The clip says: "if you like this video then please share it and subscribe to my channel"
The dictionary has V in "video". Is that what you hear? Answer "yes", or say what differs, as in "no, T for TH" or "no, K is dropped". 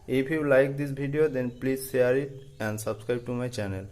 no, B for V